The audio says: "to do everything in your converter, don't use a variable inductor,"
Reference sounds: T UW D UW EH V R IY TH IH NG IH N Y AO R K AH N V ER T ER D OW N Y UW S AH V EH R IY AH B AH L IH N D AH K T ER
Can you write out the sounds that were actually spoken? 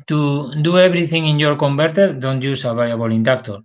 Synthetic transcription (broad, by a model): T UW D UW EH B R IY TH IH NG IH N Y AO R K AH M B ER T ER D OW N Y UW S AH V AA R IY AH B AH L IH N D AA K T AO